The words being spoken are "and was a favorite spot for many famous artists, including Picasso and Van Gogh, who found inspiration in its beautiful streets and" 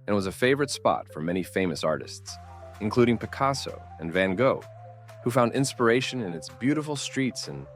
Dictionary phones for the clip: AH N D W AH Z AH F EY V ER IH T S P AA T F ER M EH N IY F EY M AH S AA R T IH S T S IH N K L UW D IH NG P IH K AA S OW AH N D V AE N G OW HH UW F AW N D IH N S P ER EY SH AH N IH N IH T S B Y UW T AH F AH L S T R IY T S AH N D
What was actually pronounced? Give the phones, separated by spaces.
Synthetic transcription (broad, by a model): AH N W AH Z AH F EY V ER IH T S P AA T F ER M EH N IY F EY M AH S AA R T IH S T S IH N K L UW D IH NG P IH K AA S OW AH N V AE N G OW HH UW F AW N D IH N S P ER EY SH AH N IH N IH T S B Y UW T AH F L S T R IY T S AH N